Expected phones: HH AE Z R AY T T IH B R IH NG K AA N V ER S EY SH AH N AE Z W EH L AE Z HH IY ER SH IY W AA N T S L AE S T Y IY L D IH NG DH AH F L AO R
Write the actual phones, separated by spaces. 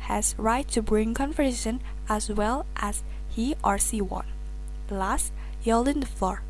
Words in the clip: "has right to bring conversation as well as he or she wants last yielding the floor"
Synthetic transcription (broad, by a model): HH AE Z R AY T T IH B R IH NG K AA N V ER EY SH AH N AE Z W EH L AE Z HH IY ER S IY W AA N L AE S T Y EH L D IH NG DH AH F L AO R